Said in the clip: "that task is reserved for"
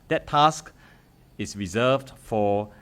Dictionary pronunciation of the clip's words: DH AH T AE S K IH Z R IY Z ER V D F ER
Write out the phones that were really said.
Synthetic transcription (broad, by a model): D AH T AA S K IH S R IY Z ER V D F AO